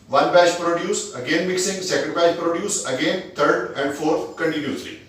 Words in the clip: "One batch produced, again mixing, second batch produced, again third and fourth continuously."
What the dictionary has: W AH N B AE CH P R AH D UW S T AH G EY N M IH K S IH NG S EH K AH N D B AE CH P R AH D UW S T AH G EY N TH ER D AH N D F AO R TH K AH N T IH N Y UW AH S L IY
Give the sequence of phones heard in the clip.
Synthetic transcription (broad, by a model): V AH N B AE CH P R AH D UW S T AH G EY N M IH K S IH NG S EH K AH N D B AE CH P R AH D UW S AH G EY N T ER D AH N D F AO R T K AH N T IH N Y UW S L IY